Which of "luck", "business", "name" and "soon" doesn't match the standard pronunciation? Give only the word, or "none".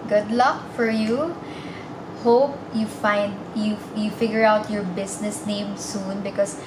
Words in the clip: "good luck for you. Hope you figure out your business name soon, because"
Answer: business